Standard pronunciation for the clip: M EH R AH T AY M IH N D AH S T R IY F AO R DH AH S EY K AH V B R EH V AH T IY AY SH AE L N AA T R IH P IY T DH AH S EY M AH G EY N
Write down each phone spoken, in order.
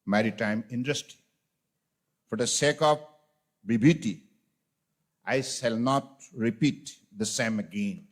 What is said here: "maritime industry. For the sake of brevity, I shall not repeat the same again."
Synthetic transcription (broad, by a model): M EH R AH T AY M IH N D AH S T IY F AO R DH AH S EY K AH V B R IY B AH T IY AY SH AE L N AA T R IH P IY T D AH S EY M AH G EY N